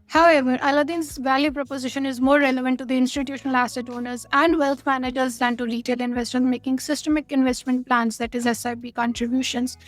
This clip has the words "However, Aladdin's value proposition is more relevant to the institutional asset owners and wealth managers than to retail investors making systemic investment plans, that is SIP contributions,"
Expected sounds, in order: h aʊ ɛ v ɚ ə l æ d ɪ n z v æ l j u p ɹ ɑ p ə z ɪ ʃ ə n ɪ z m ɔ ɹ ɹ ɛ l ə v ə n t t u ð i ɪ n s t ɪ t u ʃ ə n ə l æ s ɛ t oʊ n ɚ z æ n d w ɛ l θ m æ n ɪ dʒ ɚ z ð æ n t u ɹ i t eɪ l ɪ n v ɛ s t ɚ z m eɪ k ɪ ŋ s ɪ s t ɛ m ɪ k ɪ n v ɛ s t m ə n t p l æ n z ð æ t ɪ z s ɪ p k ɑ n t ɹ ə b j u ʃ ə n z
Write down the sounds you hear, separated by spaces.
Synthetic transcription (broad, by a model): h aʊ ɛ v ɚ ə l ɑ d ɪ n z v æ l j u p ɹ ɑ p ə z ɪ ʃ ə n ɪ z m ɔ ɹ ɹ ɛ l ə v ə n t t u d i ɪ n s t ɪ t u ʃ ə n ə l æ s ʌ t oʊ n ɚ z æ n d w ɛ l t m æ n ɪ dʒ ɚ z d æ n t u ɹ i t eɪ l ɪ n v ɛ s t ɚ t m eɪ k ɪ ŋ s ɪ s t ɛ m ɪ k ɪ n v ɛ s t m ə n t p l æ n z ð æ t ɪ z s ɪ b k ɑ n t ɹ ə b j u ʃ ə n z